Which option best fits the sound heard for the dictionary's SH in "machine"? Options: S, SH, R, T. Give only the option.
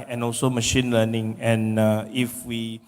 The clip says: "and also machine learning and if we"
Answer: SH